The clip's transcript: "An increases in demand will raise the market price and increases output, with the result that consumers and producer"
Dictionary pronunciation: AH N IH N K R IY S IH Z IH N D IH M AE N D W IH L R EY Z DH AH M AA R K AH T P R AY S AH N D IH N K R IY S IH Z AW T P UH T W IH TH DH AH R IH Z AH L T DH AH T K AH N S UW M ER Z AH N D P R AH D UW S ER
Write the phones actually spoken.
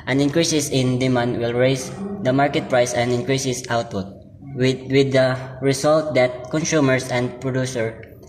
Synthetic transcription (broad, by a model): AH N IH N K R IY S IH S IH N D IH M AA N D W IH L R EY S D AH M AA R K AH T P R AY S AH N D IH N K R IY S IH S AW T P UH T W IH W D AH R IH S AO L T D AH T K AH N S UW M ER S AH N D P R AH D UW S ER